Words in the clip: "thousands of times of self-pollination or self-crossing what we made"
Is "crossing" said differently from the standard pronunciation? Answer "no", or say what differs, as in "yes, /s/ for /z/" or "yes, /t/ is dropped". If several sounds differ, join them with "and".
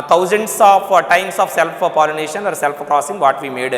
no